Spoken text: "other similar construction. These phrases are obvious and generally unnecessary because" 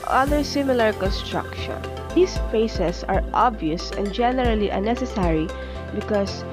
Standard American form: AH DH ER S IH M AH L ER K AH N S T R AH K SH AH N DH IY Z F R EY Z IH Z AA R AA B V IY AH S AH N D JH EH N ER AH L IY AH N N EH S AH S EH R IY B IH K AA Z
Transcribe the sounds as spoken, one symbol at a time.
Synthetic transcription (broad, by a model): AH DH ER S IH M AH L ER K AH N S T R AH K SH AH N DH IY S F EY S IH S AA R AA B V IY AH S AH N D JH EH N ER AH L IY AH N N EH S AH S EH R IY B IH K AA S